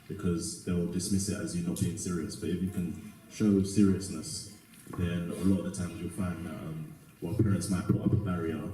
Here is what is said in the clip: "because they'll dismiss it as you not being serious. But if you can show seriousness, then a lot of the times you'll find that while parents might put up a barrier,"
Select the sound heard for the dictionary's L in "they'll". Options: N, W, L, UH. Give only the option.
L